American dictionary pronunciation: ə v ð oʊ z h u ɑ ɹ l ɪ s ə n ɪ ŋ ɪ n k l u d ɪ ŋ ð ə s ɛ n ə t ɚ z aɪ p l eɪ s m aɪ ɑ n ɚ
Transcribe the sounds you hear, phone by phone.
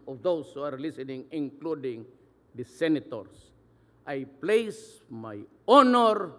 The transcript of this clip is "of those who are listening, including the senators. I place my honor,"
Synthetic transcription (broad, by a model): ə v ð oʊ s h u ɑ ɹ l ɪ s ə n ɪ ŋ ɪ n k l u d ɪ ŋ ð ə s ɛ n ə t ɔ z aɪ p l eɪ s m aɪ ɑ n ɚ